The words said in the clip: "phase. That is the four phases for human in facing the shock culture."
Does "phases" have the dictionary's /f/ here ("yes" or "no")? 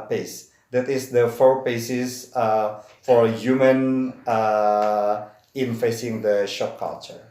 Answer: no